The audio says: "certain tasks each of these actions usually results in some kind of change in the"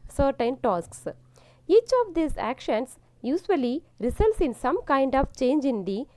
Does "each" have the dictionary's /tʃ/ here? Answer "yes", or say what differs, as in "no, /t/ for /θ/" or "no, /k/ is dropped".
yes